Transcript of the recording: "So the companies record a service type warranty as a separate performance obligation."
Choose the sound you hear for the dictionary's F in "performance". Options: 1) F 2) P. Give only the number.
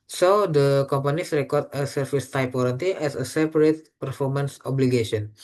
1